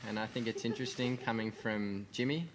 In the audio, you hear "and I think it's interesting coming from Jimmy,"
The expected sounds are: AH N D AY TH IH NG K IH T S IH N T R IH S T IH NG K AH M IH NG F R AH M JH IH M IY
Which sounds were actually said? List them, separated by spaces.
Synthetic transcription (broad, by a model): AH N AY TH IH NG K IH T S IH N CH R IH S T IH NG K AH M IH NG F R AH M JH IH M IY